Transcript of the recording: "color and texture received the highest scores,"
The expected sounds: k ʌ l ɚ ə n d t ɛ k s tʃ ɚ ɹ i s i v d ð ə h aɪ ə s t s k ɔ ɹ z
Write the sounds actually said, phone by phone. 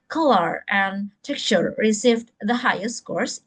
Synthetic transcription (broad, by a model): k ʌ l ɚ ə n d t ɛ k tʃ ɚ ɹ i s i v d ð ə h aɪ ə s t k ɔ ɹ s